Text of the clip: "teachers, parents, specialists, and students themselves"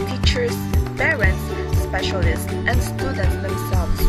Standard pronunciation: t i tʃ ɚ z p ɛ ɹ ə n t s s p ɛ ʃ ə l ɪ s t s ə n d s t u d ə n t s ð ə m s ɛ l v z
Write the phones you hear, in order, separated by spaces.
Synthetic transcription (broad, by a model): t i tʃ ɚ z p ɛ ɹ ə n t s s p ɛ ʃ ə l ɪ s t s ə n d s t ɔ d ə t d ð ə m s ɛ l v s